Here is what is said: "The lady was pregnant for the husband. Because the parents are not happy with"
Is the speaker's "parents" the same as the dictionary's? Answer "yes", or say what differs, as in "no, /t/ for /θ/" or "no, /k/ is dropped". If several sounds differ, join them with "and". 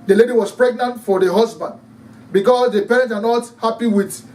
no, /s/ is dropped